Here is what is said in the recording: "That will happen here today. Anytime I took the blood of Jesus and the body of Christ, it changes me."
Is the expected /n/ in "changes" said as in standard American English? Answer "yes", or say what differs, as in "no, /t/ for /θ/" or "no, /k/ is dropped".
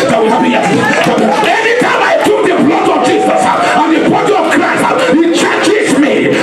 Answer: no, /n/ is dropped